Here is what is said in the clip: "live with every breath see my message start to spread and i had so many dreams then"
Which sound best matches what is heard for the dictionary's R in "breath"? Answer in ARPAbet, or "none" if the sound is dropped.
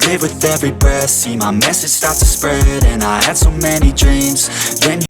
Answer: none